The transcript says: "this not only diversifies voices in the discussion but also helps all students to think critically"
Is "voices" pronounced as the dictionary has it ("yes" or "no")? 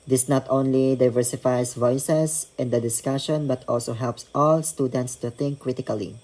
no